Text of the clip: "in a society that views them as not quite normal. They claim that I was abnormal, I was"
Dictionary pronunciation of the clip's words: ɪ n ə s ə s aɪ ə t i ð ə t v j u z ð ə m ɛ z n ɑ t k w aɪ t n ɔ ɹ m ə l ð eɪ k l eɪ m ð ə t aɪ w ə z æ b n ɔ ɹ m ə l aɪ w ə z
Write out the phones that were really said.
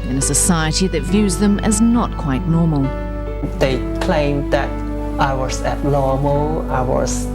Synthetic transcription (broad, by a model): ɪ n ə s ə s aɪ ə t i ð ə t v j u z ð ə m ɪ z n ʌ t k w aɪ t n ɔ ɹ m ə l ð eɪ k l eɪ m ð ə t aɪ w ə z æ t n ɔ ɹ m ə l aɪ w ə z